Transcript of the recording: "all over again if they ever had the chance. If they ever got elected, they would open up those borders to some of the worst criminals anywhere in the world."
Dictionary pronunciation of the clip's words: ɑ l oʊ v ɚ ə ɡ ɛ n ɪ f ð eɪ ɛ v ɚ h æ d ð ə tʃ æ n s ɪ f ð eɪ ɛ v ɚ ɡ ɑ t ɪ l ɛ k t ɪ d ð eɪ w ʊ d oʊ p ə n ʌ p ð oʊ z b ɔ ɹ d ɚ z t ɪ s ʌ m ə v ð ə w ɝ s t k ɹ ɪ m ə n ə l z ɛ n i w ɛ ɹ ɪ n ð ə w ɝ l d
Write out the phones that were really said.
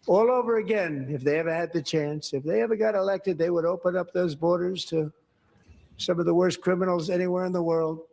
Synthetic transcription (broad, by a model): ɑ l oʊ v ɚ ə ɡ ɛ n ɪ f ð eɪ ɛ v ɚ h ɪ d ð ə tʃ æ n s ɪ f ð eɪ ɛ v ɚ ɡ ɑ t ɪ l ɛ k t ɪ d ð eɪ w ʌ d oʊ p ə n ʌ p ð oʊ z b ɔ ɹ d ɚ z t ɪ s ʌ m ə v ð ə w ɝ s k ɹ ɪ m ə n l z ɛ n i w ɛ ɹ ɪ n ð ə w ɝ l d